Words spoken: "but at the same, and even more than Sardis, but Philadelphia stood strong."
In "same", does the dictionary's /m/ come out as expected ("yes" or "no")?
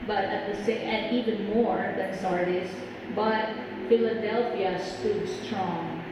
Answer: no